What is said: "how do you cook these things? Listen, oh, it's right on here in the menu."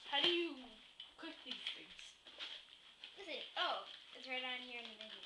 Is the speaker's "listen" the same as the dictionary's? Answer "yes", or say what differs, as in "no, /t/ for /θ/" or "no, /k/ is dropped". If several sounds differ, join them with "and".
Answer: no, /n/ is dropped